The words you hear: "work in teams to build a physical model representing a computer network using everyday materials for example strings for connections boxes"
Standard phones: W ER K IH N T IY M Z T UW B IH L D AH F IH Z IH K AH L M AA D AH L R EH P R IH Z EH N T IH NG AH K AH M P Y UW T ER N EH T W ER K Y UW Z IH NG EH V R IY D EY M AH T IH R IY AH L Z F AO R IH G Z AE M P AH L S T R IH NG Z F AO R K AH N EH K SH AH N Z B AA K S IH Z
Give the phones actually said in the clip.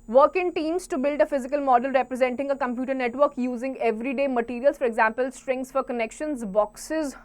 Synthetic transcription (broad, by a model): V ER K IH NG T IY M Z T UW B IH L D AH F IH Z IH K AH L M AA D AH L R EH P R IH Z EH N T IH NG AH K AH M P Y UW T ER N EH T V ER K Y UW Z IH NG EH V R IY D EY M AH T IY R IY AH L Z F AO R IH G Z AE M P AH L S T R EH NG S F AO R K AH N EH K SH AH N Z B AA K S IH Z